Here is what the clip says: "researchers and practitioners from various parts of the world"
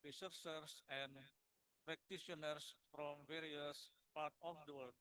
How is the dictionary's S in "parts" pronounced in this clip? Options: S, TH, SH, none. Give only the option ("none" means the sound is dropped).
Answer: none